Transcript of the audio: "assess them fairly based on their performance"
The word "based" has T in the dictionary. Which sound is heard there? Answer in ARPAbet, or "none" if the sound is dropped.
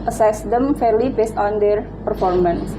T